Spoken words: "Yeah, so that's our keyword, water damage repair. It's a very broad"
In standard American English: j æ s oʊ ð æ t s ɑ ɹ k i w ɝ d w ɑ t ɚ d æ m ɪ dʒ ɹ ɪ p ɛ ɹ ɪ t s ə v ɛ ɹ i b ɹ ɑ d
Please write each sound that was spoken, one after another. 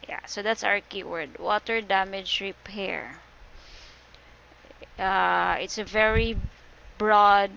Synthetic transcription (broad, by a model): j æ s oʊ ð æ t s ɑ ɹ k i w ɝ d w ɑ t ɚ d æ m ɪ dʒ ɹ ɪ p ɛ ɹ ɪ t s ə v ɛ ɹ i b ɹ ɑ d